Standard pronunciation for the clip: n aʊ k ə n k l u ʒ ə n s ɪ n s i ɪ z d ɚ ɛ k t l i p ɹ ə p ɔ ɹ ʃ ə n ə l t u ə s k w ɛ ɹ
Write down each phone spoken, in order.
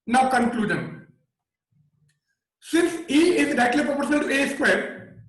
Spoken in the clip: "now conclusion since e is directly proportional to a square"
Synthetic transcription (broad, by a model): n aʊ k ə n k l u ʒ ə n s ɪ n s i ɪ z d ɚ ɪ t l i p ɹ ə p ɔ ɹ ʃ ə n ə l t u ə s k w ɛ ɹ